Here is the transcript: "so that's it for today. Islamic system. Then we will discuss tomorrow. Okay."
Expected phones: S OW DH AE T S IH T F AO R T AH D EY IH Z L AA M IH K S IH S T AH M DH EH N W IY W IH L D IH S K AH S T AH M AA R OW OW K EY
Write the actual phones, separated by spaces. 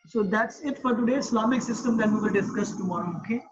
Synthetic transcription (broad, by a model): S OW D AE T S IH T F AO R T AH D EY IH S L AA M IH K S IH S T AH M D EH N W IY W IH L D IH S K AH S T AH AA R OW OW K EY